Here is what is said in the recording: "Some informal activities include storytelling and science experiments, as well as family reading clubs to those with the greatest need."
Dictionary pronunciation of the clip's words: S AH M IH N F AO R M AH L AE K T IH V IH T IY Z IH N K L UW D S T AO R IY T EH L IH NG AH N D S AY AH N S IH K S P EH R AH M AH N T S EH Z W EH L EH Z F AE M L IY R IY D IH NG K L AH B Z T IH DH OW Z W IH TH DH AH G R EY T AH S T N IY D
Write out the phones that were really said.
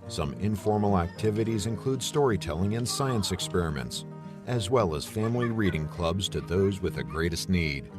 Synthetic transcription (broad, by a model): S AH M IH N F AO R M L AE K T IH V IH T IY Z IH N K L UW D S T AO R IY T EH L IH NG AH N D S AY AH N S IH K S P EH R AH M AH N T S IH Z W EH L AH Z F AE M L IY R IY D IH NG K L AH B Z T IH DH OW Z W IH DH AH G R EY T AH S T N IY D